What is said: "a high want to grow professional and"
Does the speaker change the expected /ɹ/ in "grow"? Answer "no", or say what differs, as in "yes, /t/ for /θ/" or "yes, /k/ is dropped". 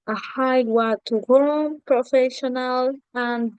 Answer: yes, /ɹ/ is dropped